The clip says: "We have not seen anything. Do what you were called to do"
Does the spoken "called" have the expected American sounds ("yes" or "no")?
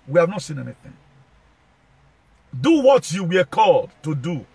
yes